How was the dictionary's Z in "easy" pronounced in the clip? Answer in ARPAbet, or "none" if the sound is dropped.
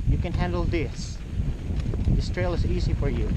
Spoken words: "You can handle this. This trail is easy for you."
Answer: Z